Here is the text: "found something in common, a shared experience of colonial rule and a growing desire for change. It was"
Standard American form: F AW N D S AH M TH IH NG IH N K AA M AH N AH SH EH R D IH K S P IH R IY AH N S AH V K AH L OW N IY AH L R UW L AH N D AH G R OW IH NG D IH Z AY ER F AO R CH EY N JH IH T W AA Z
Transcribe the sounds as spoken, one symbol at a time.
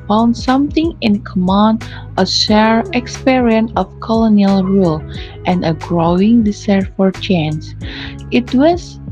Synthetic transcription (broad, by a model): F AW N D S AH M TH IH NG IH N K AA M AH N AH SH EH R IH K S P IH R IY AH N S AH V K AH L OW N IY AH L R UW L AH N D AH G R OW IH NG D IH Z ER F AO R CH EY N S IH T W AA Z